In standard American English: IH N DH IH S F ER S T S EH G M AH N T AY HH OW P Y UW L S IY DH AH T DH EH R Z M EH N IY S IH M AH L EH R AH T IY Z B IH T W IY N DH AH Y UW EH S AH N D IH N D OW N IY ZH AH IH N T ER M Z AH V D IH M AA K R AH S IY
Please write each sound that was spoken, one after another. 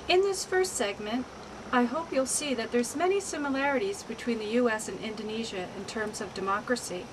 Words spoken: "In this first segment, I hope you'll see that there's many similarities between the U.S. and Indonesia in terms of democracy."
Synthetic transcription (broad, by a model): IH N DH IH S F ER S T S EH G M AH N T AY HH OW P Y UW L S IY DH AH T DH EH R Z M EH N IY S IH M AH L EH R AH T IY Z B IH T W IY N DH AH Y UW EH S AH N IH N D OW N IY ZH AH IH N T ER M Z AH V D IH M AA K R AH S IY